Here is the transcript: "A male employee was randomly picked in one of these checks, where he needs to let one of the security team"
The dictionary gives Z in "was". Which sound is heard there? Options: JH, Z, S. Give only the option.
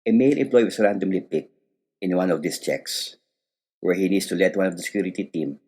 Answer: S